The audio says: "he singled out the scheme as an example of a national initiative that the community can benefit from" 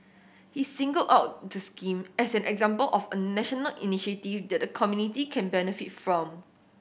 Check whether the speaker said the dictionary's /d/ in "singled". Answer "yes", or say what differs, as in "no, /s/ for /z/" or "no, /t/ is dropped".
no, /d/ is dropped